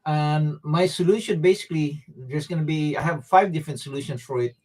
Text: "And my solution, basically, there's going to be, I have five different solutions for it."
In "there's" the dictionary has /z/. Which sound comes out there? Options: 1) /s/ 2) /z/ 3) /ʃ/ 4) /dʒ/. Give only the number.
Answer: 1